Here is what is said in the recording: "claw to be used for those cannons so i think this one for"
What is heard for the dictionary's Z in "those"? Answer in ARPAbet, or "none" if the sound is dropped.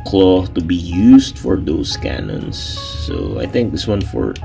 S